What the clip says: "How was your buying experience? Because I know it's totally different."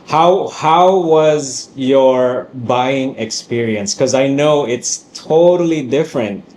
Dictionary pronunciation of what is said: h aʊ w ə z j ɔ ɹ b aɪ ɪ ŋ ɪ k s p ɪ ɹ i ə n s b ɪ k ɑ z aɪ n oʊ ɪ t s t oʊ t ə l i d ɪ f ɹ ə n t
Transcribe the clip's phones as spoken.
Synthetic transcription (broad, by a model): h aʊ w ə z j ɔ ɹ b aɪ ɪ ŋ ɪ k s p ɪ ɹ i ə n s k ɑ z aɪ n oʊ ɪ t s t oʊ t ə l i d ɪ f ɹ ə n t